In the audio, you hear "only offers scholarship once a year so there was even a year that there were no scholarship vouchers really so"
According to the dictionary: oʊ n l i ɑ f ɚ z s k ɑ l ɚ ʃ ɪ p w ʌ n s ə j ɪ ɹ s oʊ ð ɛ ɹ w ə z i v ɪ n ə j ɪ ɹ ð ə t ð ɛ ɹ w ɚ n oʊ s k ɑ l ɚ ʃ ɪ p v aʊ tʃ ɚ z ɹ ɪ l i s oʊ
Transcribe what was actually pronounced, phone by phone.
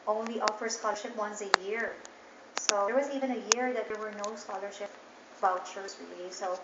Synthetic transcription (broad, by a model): oʊ n l i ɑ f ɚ s k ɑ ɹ ʃ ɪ p w ʌ n s ə j ɪ ɹ s oʊ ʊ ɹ w ə z i v ɪ n ə j ɪ ɹ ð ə t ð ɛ ɹ w ɚ n oʊ s k ɑ l ɚ ʃ ɪ p b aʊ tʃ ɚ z ɹ ɪ l i s oʊ